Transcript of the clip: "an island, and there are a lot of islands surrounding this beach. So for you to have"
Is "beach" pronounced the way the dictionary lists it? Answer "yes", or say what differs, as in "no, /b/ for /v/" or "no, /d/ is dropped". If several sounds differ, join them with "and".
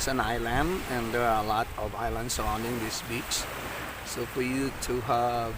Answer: no, /s/ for /tʃ/